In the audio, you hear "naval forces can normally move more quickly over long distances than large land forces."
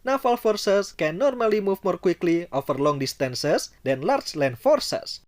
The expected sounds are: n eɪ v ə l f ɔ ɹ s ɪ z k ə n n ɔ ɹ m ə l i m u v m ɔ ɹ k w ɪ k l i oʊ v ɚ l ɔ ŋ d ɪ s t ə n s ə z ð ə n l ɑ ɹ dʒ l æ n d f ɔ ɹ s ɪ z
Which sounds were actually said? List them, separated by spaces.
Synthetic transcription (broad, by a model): n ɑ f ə l f ɔ ɹ s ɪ s k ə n n ɔ ɹ m ə l i m u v m ɔ ɹ k w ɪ k l i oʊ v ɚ l ɔ ŋ d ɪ s t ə n s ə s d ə n l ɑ ɹ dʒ l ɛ n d f ɔ ɹ s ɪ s